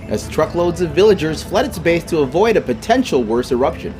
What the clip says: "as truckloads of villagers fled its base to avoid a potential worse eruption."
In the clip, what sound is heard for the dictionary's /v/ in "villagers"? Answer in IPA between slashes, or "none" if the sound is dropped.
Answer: /v/